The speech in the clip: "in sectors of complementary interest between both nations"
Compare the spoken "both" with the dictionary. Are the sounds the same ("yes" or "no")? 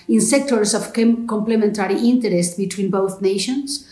yes